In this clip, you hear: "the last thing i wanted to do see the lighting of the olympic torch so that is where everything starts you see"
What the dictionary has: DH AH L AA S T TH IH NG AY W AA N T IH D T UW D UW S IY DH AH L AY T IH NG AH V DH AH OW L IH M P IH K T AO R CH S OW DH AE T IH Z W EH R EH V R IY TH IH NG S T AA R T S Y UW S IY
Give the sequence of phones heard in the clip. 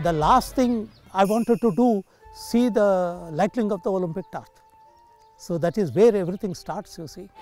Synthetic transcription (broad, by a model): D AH L AA S T T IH NG AY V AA N T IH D T UW D UW S IY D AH L AY T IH NG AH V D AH OW L IH M P IH K T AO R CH S OW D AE T IH Z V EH R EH V R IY T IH NG S T AA R T S Y UW S IY